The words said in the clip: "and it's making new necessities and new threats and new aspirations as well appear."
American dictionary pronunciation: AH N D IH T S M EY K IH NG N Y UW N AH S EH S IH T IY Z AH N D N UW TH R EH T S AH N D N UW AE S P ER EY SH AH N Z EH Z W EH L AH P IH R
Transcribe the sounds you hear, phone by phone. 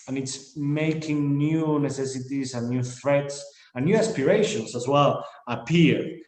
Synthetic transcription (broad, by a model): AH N IH T S M EY K IH NG N Y UW N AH S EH S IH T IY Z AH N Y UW TH R EH T S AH N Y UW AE S P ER EY SH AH N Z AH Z W EH L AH P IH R